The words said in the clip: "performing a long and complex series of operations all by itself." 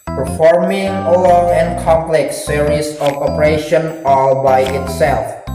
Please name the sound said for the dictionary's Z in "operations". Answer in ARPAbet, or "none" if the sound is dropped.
none